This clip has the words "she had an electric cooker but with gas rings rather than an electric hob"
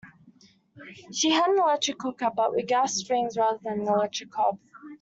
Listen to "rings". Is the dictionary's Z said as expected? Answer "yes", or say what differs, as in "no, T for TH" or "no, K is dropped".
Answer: yes